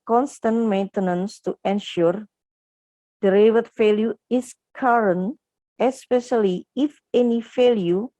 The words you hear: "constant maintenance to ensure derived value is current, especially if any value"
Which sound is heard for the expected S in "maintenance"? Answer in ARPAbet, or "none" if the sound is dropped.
S